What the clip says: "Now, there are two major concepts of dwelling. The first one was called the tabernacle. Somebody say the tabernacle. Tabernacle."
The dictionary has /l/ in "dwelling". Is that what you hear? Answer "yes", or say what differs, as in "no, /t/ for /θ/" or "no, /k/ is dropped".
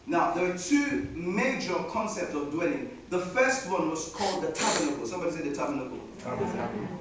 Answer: yes